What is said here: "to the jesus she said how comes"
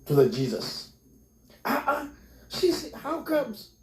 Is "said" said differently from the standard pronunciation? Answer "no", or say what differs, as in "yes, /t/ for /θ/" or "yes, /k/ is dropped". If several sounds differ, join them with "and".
yes, /ʃ/ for /s/